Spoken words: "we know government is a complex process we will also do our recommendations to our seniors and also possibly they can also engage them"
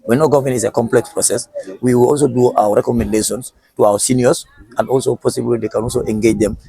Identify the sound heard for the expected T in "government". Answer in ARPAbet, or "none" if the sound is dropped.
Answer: none